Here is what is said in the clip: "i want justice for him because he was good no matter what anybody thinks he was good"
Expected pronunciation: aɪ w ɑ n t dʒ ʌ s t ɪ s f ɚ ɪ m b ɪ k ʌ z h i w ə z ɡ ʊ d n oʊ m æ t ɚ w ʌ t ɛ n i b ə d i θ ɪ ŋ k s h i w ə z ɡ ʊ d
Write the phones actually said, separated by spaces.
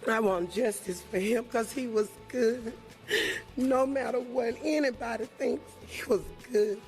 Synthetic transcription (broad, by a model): aɪ w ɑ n dʒ ʌ s t ɪ s f ɚ ɪ m k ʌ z h i w ə z ɡ ʊ d n oʊ m æ t ɚ w ʌ t ɛ n i b ə d i θ ɪ ŋ k s h i w ə z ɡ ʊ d